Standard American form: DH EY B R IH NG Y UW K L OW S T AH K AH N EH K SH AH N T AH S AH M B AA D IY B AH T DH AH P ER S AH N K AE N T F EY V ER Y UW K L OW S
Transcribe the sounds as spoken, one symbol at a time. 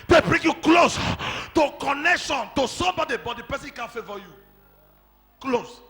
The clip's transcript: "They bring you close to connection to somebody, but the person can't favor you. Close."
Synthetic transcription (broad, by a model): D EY B R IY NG Y UW K L OW S T AH K AH N EH K SH AH N T AH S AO B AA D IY B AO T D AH P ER S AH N K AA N F EY V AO Y UW K L OW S